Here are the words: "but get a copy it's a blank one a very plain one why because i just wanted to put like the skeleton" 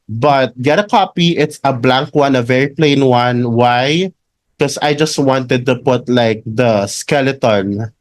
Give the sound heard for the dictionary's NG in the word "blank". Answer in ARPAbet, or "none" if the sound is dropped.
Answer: NG